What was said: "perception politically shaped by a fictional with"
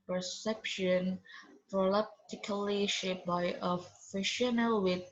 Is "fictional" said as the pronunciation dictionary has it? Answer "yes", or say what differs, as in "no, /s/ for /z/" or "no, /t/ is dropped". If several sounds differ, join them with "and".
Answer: no, /k/ is dropped